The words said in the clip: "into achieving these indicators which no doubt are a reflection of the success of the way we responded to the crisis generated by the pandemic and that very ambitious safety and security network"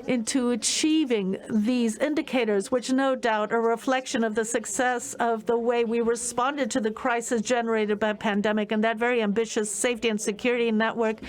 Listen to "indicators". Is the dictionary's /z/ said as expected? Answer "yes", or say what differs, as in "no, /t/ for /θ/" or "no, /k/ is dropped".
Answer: yes